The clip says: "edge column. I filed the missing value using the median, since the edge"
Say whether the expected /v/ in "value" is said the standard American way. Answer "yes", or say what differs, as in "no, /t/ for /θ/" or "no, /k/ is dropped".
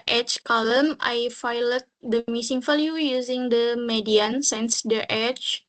no, /f/ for /v/